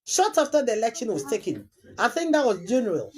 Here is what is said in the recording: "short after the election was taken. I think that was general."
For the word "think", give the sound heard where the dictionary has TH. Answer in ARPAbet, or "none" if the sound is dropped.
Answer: TH